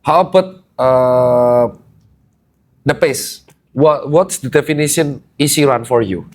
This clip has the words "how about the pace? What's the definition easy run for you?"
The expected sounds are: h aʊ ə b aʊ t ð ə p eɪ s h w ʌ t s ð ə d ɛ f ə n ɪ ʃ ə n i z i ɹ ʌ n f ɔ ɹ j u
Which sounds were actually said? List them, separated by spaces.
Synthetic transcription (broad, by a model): h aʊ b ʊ t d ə p eɪ s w w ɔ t s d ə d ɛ f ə n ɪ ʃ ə n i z i ɹ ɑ n f ɔ ɹ j u